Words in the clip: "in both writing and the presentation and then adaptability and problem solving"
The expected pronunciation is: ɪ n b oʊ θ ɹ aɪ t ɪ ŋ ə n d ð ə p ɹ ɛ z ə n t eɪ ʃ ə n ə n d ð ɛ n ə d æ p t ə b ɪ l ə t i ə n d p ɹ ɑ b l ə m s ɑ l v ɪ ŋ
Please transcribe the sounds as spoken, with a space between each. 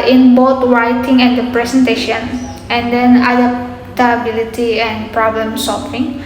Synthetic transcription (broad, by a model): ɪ n b oʊ t ɹ aɪ t ɪ ŋ ə n d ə p ɹ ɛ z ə n t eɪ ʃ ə n ə n d ɛ n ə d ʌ t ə b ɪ l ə t i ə n p ɹ ɑ b l ə m s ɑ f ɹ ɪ ŋ